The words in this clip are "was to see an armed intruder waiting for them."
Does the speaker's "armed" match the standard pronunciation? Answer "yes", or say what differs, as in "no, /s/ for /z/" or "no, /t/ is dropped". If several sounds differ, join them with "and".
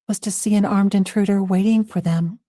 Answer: yes